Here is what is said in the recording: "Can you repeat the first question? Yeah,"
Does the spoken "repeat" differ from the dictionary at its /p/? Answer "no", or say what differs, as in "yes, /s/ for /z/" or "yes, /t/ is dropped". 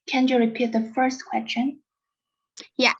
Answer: no